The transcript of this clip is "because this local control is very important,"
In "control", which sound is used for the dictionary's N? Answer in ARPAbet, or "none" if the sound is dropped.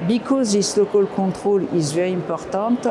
none